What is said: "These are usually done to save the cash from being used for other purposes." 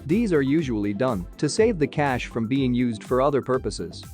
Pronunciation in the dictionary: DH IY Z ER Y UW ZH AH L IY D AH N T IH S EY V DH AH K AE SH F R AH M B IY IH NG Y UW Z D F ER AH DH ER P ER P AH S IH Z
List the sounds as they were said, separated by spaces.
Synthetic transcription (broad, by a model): DH IY Z ER Y UW ZH AH L IY D AH N T IH S EY V DH AH K AE SH F R AH M B IY IH NG Y UW Z D F ER AH DH ER P ER P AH S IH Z